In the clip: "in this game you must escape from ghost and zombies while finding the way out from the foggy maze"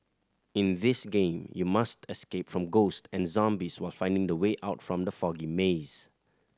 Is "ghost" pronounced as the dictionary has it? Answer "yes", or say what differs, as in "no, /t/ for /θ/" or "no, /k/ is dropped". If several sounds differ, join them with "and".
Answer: yes